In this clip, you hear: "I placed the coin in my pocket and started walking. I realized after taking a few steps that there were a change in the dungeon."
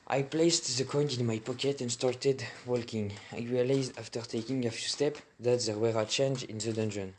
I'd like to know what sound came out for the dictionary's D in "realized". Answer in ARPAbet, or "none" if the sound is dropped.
D